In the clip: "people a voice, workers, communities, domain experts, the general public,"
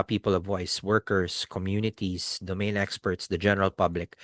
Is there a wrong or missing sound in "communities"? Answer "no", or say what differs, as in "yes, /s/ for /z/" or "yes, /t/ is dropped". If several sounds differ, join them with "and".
yes, /s/ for /z/